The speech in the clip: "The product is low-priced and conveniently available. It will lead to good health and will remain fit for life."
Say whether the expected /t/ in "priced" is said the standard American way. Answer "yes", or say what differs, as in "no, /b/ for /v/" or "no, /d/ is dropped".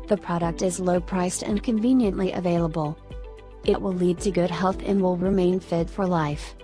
yes